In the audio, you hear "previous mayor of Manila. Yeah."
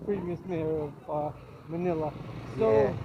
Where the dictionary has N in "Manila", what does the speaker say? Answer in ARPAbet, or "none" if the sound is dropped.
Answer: N